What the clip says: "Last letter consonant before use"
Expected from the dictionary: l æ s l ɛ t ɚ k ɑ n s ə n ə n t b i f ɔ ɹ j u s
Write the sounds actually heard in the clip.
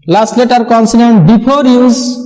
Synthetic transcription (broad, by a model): l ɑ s l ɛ t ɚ k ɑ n s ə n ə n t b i p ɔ ɹ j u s